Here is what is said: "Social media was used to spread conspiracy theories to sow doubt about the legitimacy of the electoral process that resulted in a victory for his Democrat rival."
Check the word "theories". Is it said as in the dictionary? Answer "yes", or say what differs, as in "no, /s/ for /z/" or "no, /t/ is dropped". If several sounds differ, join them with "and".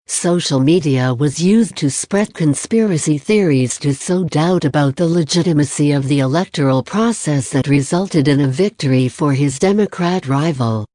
yes